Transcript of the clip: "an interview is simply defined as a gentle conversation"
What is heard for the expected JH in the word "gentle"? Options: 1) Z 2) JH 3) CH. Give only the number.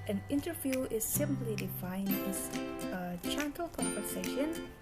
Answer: 3